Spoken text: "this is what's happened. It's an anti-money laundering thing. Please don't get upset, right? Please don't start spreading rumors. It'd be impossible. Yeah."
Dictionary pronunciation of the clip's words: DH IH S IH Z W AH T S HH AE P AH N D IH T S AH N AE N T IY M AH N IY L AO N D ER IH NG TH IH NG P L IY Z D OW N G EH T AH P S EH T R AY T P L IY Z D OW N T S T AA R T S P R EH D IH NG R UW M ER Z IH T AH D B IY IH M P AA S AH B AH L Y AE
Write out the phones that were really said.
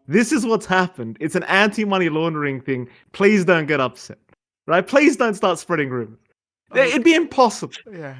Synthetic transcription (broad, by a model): DH IH S IH Z W AH T S HH AE P AH N D IH T S N AE N T IY M AH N IY L AO N D ER IH NG TH IH NG P L IY Z D OW N G EH T AH P S EH T R AY T P L IY Z D OW N T S T AA R T S P R EH D IH NG R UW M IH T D B IY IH M P AA S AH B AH L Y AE